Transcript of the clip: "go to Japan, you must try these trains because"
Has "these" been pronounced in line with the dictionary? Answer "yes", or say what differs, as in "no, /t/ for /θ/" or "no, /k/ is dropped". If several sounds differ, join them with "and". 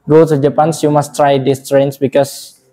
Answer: no, /s/ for /z/